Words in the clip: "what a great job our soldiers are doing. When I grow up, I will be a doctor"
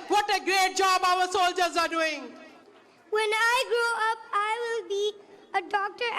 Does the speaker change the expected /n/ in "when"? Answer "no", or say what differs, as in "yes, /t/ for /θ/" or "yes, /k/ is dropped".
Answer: no